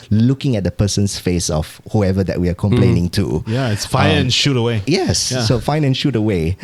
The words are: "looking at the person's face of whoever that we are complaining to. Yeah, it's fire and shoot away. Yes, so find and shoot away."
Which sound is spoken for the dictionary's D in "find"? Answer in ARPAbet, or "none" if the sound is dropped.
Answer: none